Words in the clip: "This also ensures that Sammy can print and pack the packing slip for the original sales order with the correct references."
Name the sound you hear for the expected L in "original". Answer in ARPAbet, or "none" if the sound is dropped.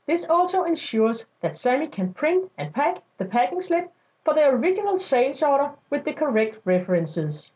L